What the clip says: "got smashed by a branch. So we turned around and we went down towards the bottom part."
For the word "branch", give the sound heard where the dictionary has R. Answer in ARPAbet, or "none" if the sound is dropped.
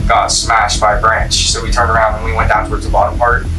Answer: R